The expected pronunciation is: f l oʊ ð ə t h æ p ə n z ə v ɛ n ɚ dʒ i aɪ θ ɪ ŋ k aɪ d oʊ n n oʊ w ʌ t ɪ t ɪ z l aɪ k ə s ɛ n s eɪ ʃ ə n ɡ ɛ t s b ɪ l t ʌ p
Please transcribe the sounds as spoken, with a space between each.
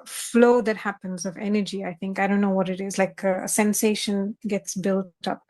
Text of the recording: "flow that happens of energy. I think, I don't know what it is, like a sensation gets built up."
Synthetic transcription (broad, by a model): f l oʊ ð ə t h æ p ə n z ə v ɛ n ɚ dʒ i aɪ θ ɪ ŋ k aɪ d oʊ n n oʊ w ʌ t ɪ t ɪ z l aɪ k ə s ɛ n s eɪ ʃ ə n ɡ ɛ t s b ɪ l t ʌ p